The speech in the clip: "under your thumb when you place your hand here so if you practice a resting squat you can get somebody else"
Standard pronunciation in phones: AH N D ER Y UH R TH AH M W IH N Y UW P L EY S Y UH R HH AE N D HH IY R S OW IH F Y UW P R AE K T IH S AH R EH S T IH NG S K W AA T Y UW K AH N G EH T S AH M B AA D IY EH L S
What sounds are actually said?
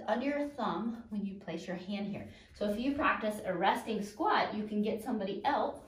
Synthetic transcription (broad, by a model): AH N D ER R TH AH M W IH N Y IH P L EY S Y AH R HH AE N D HH IY R S OW IH F Y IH P R AE K T IH S AH R EH S T IH NG S K W AA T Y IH K AH N G EH T S AH M B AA D IY EH L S